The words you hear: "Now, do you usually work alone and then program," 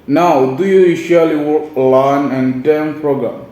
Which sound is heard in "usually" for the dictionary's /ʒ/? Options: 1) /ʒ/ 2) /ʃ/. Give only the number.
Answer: 2